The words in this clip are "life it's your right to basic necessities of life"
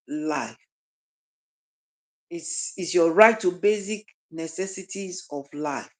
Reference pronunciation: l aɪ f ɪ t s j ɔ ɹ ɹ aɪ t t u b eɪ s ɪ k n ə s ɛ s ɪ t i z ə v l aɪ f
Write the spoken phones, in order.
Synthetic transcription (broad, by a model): l aɪ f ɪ s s j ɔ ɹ ɹ aɪ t t u b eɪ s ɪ k n ə s ɛ s ɪ t i z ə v l aɪ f